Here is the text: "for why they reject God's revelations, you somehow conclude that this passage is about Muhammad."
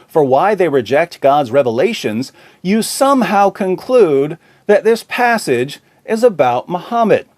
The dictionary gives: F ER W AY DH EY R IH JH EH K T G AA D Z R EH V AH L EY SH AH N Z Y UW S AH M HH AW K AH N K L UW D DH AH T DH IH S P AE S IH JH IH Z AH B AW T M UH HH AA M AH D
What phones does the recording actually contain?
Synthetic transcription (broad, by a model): F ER W AY DH EY R IH JH EH K T G AA D Z R EH V AH L EY SH AH N Z Y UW S AH M HH AW K AH N K L UW D DH AH T DH IH S P AE S IH JH IH Z AH B AW T M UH HH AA M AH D